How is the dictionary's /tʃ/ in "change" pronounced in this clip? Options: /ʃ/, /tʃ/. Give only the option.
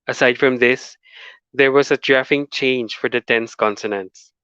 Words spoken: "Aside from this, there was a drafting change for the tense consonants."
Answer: /tʃ/